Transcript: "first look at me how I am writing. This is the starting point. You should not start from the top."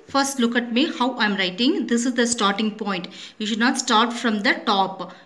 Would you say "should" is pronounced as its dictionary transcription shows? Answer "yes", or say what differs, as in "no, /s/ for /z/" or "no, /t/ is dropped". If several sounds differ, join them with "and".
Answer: yes